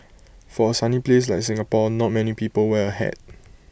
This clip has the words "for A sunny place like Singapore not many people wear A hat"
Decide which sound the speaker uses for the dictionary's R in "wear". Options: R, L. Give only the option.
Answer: L